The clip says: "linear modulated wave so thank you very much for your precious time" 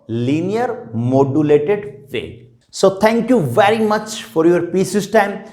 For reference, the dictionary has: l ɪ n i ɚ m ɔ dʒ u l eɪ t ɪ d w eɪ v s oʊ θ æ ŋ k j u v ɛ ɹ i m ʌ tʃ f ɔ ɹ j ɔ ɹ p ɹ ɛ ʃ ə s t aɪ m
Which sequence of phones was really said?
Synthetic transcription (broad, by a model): l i n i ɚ m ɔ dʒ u l eɪ t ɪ d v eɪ s oʊ t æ ŋ k j u v ɛ ɹ i m ʌ tʃ f ɔ ɹ j ɔ ɹ p i s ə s t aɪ m